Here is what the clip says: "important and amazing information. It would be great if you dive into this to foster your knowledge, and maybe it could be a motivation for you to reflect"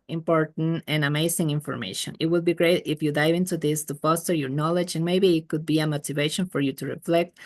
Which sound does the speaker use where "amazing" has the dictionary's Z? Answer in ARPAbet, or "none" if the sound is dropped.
S